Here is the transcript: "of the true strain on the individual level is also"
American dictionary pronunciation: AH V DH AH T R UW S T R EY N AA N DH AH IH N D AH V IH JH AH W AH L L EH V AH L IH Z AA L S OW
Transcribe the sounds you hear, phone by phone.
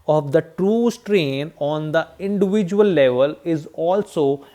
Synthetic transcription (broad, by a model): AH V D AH T R UW S T R EY N AA N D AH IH N D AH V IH JH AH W AH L L EH V AH L IH Z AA L S OW